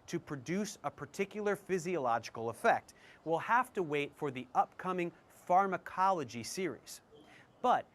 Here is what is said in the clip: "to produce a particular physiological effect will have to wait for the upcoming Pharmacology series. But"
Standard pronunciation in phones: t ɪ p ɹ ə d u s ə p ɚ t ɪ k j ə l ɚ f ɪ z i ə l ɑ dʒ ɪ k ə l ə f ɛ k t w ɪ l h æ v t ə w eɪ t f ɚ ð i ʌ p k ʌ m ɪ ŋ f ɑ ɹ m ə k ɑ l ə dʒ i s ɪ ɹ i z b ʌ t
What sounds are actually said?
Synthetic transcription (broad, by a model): t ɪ p ɹ ə d u s ə p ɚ t ɪ k j l ɚ f ɪ z i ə l ɑ dʒ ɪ k l ə f ɛ k t w ɪ l h æ f t ə w eɪ t f ɚ ð i ʌ p k ʌ m ɪ ŋ f ɑ ɹ m ə k ɑ l ə dʒ i s ɪ ɹ i z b ʌ t